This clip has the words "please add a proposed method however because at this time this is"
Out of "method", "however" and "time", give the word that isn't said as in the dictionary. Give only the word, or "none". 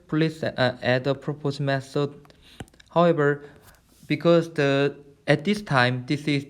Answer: method